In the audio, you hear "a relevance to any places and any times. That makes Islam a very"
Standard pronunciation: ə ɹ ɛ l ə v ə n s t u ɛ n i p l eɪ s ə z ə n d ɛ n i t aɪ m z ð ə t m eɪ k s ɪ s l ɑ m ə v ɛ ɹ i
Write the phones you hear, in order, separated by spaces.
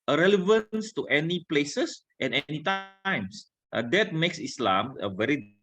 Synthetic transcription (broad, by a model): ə ɹ ɛ l ə v ə n s t u ɛ n i p l eɪ s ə s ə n ɛ n i t aɪ m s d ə t m eɪ k s ɪ s l ɑ m ə v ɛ ɹ i